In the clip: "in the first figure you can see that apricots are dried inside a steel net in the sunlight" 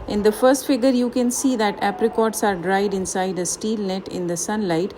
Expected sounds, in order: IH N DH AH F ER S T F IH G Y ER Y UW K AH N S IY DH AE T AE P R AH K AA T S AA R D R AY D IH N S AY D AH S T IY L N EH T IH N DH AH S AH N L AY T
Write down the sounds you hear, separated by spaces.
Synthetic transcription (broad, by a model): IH N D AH F ER S T F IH G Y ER Y UW K AH N S IY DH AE T AE P R AH K AA T S AA R D R AY D IH N S AY D AH S T IY L N EH T IH N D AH S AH N L AY T